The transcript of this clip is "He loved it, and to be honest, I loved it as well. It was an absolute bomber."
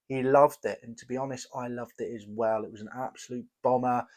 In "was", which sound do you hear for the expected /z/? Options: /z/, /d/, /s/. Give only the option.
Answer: /z/